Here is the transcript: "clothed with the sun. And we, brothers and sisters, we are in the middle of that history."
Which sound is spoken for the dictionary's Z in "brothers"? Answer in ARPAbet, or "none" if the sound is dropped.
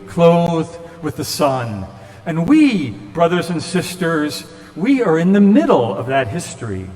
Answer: Z